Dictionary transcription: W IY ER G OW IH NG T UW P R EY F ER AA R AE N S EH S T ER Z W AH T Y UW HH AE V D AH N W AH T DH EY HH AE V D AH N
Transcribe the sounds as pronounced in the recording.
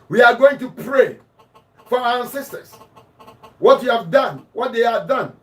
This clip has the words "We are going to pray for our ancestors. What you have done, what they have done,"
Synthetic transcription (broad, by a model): W IY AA G OW IH NG T UW P R EY F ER AA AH S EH S T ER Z W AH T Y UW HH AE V D AH N W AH T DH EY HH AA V D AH N